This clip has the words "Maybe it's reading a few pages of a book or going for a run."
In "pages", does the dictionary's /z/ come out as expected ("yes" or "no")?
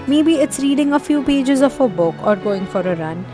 yes